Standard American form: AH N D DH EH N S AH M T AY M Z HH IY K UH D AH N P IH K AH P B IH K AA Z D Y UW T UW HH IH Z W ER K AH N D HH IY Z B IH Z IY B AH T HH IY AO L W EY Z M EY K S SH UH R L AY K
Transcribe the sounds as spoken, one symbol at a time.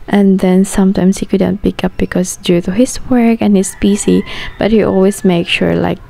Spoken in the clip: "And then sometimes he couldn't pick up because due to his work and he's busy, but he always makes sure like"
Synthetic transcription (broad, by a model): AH N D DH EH N S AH M T AY M S HH IY K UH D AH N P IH K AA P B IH K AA S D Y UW T UW HH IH S W ER K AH N HH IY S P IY S IY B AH T HH IY AO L W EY S M EY K SH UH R L AY K